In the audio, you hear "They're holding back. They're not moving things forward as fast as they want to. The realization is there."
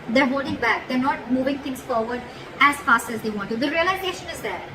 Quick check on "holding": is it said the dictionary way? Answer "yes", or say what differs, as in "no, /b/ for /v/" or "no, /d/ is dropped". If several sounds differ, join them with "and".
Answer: no, /l/ is dropped